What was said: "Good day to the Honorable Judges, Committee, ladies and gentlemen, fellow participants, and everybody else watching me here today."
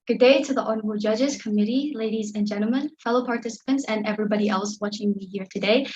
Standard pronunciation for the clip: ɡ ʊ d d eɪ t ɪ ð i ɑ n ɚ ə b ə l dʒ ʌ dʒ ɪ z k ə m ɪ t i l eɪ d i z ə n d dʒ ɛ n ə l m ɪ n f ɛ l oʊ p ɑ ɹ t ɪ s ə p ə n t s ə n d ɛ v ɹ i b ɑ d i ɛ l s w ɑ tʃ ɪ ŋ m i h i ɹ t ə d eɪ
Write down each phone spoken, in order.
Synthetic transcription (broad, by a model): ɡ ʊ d d eɪ t ɪ ð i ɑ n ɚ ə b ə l dʒ ʌ dʒ ɪ z k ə m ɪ t i l eɪ d i z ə n dʒ ɛ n l m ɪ n f ɛ l oʊ p ɑ ɹ t ɪ s ə p ə n t s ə n ɛ v ɹ i b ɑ d i ɛ l s w ɑ tʃ ɪ ŋ m i h i ɹ t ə d eɪ